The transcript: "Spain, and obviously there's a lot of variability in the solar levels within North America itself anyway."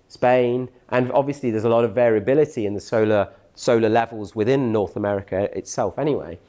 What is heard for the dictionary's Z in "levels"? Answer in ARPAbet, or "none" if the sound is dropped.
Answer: Z